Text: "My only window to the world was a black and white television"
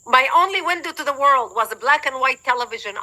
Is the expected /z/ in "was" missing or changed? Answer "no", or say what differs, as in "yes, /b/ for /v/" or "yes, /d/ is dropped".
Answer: no